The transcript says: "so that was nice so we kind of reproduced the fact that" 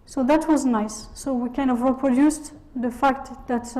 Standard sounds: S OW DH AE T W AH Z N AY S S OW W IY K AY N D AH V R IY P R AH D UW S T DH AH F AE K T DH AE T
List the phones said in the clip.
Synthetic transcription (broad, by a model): S OW DH AE T W AH Z N AY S S OW W IY K AY N D AH V R IY P R AH D UW S T DH AH F AE K T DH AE T